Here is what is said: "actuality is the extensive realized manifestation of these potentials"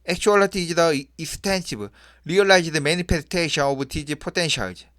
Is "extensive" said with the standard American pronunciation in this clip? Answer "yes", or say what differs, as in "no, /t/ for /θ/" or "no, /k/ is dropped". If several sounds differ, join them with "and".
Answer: no, /k/ is dropped